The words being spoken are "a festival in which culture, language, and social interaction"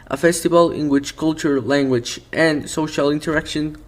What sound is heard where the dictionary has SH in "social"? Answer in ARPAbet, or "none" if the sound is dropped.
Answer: SH